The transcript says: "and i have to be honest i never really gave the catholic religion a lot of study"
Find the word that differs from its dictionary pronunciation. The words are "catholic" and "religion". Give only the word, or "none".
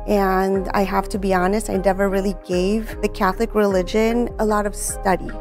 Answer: none